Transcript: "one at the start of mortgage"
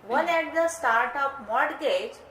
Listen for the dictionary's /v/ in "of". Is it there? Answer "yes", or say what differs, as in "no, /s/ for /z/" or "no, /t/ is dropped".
no, /p/ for /v/